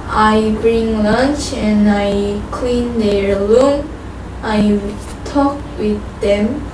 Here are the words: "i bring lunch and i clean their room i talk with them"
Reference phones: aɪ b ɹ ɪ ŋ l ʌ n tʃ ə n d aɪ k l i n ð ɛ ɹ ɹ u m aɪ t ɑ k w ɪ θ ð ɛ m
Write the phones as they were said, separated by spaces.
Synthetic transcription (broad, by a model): aɪ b ɹ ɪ ŋ l ʌ n tʃ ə n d aɪ k l i n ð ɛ ɹ l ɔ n aɪ t ɑ k w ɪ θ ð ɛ m